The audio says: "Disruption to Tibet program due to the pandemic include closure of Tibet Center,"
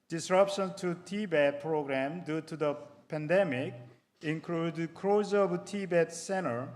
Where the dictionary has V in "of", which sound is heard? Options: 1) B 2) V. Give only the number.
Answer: 1